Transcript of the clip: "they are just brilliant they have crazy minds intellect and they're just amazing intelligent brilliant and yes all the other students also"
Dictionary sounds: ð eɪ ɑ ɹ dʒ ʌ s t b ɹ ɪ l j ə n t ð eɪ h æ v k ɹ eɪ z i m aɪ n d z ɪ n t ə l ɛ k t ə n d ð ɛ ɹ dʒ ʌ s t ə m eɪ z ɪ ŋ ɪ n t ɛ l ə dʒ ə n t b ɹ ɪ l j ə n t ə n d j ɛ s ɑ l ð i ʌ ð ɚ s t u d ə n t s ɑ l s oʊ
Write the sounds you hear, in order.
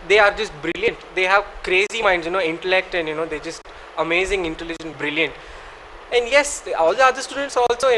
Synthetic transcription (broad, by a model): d eɪ ɑ ɹ dʒ ʌ s t b ɹ ɪ l j ə n t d eɪ h æ v k ɹ eɪ z i m aɪ n d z ɪ n t ə l ɛ k t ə n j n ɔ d dʒ ʌ s t ə m eɪ z ɪ ŋ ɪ n t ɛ l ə dʒ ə n b ɹ ɪ l j ə n t ə n d j ɛ s ɑ l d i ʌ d ɚ s t u d ə n t s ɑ l s oʊ